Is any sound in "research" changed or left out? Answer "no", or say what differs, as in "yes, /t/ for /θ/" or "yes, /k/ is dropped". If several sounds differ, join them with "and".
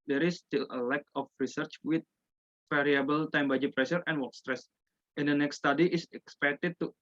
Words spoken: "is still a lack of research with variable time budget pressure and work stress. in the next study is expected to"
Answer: no